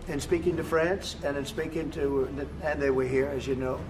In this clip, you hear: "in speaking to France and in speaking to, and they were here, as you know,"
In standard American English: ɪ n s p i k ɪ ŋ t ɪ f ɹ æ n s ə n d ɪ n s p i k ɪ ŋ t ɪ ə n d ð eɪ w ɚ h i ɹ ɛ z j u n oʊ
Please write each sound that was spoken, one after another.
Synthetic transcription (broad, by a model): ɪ n s p i k ɪ ŋ t ɪ f ɹ æ n s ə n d ɪ n s p i k ɪ ŋ t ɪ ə n ð eɪ w ɚ h i ɹ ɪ z j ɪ n oʊ